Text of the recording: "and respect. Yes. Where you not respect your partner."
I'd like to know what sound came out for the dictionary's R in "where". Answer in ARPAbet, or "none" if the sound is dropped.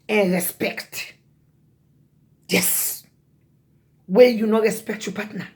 L